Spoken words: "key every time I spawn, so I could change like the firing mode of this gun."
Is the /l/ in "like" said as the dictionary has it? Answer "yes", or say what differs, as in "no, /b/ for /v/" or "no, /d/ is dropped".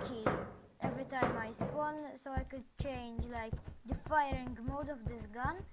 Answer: yes